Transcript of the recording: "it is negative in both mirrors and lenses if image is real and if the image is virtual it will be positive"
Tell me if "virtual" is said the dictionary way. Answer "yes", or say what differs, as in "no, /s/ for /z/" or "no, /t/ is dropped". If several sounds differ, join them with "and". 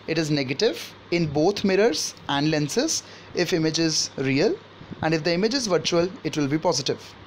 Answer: yes